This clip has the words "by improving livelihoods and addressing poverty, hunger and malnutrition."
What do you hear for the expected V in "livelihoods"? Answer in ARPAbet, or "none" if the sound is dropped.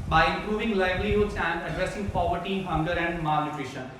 B